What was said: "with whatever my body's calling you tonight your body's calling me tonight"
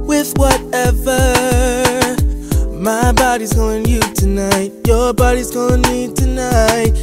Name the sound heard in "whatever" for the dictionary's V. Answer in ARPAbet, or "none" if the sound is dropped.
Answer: V